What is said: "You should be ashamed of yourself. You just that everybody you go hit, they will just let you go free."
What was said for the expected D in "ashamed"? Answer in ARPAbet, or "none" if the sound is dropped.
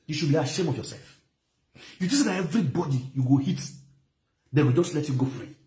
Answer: none